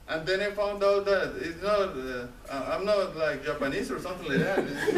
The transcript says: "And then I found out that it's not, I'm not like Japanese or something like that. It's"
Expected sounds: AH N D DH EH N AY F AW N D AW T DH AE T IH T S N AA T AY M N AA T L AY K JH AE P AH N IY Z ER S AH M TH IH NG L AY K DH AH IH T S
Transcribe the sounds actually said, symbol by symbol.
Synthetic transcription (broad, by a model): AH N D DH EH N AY F AW N D AW T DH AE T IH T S N AA T AY M N AA T L AY K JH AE P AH N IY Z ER S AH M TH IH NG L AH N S